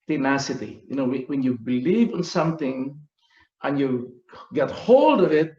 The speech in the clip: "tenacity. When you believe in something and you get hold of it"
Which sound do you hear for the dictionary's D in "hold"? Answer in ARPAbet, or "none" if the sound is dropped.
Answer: D